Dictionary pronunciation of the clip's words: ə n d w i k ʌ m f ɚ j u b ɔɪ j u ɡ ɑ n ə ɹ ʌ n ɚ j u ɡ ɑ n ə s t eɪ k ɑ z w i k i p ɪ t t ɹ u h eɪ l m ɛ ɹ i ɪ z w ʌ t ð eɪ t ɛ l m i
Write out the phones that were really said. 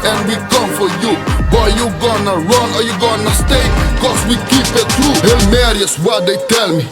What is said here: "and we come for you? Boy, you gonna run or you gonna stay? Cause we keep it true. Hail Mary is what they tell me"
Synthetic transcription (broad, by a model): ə n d w i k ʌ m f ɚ j u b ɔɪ j u ɡ ɑ n ə ɹ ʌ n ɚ j u ɡ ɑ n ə s t eɪ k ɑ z w i k i p ɪ t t ɹ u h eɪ l m ɛ ɹ i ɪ s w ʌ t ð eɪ t ɛ l m i